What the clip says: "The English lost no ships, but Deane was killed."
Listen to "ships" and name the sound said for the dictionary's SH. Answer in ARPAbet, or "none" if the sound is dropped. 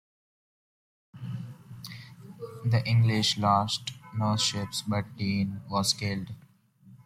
SH